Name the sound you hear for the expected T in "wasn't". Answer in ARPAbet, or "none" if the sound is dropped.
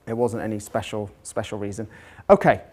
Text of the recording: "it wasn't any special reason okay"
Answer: T